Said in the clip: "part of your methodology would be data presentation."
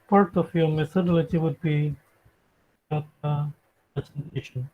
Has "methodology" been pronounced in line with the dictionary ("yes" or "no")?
no